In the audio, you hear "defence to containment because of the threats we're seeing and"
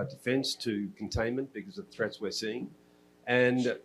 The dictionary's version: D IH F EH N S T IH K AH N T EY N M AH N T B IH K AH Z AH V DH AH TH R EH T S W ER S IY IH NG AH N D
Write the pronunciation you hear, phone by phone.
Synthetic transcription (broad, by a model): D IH F EH N S T IH K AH N T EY N M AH N B IH K AH Z AH V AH TH R EH T S W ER S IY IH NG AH N